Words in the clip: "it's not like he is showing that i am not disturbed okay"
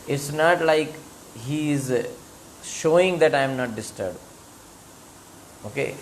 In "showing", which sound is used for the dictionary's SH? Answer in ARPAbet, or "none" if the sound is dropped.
SH